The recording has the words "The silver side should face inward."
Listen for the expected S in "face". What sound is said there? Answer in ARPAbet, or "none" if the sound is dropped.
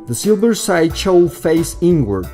S